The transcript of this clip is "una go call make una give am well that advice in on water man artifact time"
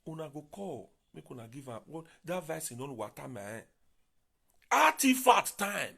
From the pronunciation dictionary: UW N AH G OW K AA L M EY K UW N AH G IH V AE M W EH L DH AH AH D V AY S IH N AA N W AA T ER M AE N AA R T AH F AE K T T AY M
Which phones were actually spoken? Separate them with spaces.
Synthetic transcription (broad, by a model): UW N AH G OW K AA L M EY K UW N AH G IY V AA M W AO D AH V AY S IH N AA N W AA T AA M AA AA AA T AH F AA T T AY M